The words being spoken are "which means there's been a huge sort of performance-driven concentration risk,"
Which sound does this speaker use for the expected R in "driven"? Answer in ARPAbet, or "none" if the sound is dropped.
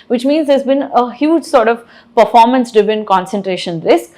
none